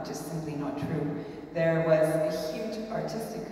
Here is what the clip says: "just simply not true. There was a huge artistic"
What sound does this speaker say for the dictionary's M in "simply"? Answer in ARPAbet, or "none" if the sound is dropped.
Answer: M